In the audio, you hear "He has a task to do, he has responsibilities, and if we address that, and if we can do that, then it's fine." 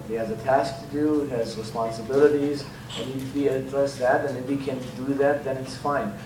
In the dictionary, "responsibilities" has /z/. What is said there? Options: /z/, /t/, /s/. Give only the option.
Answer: /z/